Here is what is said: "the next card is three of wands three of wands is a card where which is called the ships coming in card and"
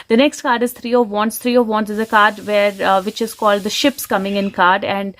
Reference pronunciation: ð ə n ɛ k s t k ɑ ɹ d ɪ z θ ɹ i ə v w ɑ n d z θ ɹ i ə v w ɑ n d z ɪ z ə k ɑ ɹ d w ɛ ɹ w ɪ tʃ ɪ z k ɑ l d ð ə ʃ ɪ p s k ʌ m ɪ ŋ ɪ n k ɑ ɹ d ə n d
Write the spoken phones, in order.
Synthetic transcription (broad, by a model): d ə n ɛ k s t k ɑ ɹ d ɪ z t ɹ i ə v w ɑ n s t ɹ i ə v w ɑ n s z ɪ z ə k ɑ ɹ d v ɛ ɹ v ɪ tʃ ɪ z k ɑ l d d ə ʃ ɪ p s k ʌ m ɪ ŋ ɪ n k ɑ ɹ d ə n d